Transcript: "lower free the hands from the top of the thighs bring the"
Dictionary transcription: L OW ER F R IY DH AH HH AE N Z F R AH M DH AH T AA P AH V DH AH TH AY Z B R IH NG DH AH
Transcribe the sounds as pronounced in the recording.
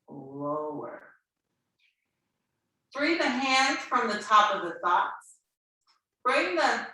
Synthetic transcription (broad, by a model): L OW ER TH R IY DH AH HH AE N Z F R AH M DH AH T AA P AH V DH AH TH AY S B R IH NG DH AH